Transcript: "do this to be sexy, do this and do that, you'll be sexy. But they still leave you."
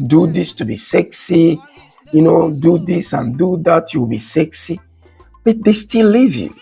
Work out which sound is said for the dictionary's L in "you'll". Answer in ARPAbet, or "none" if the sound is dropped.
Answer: W